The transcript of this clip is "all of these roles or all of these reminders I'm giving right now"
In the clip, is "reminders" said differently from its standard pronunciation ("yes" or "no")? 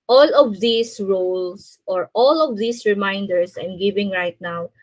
yes